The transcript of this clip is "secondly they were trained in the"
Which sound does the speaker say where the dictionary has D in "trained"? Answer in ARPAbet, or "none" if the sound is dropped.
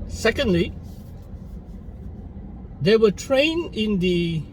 none